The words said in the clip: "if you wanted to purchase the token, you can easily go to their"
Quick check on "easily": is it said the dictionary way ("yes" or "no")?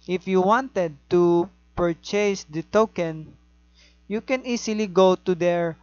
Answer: no